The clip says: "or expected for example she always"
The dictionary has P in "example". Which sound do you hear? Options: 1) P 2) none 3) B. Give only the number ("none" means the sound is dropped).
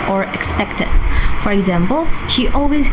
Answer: 1